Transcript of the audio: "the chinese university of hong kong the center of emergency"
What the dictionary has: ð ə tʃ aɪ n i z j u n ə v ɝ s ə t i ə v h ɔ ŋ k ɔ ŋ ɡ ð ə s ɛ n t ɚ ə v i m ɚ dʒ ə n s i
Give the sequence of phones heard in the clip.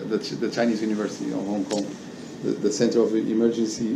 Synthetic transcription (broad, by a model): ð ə tʃ aɪ n i z j u n ə v ɝ s ə t i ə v h ɔ ŋ k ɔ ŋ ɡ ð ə s ɛ n t ɚ ə v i m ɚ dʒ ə n s i